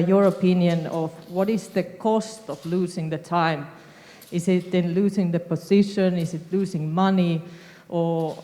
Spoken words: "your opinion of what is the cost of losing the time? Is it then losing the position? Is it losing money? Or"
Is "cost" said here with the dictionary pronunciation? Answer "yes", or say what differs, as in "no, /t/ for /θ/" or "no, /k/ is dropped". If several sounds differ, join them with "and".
yes